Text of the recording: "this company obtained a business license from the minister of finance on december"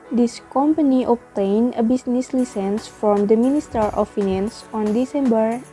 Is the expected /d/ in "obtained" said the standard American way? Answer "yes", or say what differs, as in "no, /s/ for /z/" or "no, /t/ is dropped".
no, /d/ is dropped